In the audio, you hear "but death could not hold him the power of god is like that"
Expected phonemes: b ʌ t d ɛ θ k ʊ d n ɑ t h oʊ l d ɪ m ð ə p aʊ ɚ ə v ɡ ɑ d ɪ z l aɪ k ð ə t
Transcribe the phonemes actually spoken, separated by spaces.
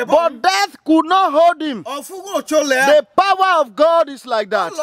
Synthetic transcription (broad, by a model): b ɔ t d ɛ θ k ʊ d n ɑ t h oʊ l d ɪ m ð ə p aʊ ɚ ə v ɡ ɑ d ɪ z l aɪ k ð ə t